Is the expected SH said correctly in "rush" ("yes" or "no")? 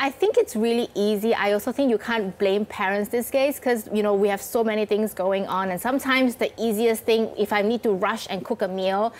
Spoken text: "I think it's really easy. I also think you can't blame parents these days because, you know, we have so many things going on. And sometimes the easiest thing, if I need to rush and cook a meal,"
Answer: yes